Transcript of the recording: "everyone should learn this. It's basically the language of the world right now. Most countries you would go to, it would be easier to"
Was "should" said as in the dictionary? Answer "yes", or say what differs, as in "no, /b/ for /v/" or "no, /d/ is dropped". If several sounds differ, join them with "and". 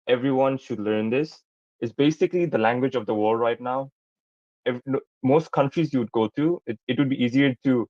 yes